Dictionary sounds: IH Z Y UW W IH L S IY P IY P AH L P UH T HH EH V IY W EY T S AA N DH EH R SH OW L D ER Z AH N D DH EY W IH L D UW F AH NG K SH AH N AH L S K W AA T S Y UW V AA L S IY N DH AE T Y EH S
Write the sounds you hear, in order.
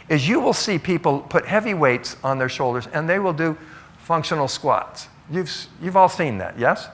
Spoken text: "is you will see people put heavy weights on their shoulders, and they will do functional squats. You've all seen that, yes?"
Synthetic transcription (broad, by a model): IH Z Y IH W IH L S IY P IY P L P UH T HH EH V IY W EY T S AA N DH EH R SH OW L D ER Z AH N DH EY W IH L D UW F AH NG K SH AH N L S K W AA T S Y UW V AA L S IY N DH AE T Y EH S